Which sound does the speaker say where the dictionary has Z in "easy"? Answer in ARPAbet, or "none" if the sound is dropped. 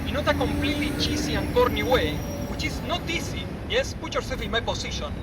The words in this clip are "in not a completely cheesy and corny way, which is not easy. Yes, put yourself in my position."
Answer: S